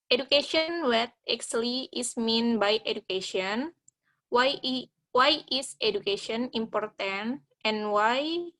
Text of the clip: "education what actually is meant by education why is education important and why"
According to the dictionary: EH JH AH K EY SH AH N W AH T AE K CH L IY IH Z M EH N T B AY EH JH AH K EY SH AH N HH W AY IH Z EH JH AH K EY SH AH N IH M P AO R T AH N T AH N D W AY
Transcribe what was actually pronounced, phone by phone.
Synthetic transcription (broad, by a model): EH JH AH K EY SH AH N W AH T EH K S L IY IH S M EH N B AY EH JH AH K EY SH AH N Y W AY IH S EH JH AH K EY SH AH N IH M P AO R T AH N T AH N W AY